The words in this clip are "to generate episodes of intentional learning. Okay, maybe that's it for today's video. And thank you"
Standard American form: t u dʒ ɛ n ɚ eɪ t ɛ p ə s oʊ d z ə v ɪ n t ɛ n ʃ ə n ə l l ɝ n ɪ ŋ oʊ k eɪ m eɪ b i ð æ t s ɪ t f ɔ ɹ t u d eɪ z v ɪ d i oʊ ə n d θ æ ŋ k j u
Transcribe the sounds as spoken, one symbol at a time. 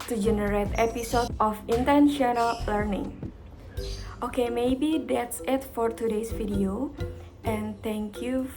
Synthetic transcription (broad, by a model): t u dʒ ɛ n ɚ eɪ t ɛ p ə s oʊ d ə f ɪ n t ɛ n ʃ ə n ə l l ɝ n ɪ ŋ oʊ k eɪ m eɪ b i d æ t s ɪ t f ɔ ɹ t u d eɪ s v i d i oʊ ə n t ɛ ŋ k j u